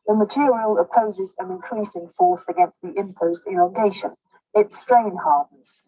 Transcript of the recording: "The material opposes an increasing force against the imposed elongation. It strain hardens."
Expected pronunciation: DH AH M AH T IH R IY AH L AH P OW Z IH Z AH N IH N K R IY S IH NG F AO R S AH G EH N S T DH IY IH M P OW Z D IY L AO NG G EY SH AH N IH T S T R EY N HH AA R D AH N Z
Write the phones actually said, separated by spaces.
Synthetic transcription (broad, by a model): DH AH M AH T IH R IY AH L AH P OW Z IH Z AH N IH N K R IY S IH NG F AO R S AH G EH N S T DH IY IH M P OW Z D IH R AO G EY SH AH N IH T S T R EY N HH AA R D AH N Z